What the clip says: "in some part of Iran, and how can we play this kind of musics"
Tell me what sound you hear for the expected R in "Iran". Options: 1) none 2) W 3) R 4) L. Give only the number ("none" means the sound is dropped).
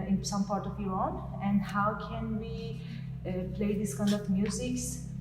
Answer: 1